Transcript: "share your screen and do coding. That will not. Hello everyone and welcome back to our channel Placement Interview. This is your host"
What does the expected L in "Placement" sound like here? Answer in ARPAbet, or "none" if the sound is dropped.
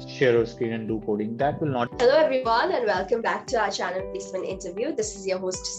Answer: none